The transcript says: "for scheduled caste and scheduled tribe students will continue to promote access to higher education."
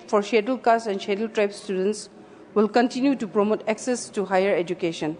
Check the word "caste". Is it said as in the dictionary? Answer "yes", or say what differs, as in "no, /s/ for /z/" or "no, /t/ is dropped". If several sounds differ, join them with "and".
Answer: no, /t/ is dropped